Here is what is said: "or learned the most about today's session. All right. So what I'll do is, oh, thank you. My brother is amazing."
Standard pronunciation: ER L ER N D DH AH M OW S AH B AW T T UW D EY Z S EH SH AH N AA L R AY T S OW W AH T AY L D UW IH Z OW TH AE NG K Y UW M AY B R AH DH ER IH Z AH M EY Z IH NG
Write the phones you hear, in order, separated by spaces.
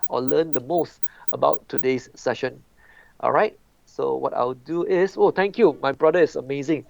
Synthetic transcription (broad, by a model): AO L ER N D AH M OW S AH B AW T T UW D EY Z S EH SH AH N AA L R AY T S OW W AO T AY W D UW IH S OW T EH NG K Y UW M AY B R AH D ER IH S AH M EY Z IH NG